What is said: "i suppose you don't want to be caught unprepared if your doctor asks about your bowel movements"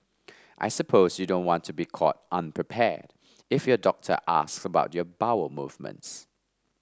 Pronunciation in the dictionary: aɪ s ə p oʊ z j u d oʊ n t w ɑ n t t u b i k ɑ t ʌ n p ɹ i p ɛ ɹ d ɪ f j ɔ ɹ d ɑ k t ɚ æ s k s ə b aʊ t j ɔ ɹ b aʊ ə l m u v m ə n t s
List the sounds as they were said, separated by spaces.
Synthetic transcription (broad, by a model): aɪ s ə p oʊ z j u d oʊ n t w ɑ n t t u b i k ɑ t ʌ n p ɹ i p ɛ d ɪ f j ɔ d ɑ k t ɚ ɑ s k s ə b aʊ t j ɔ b aʊ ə m u v m ə n t s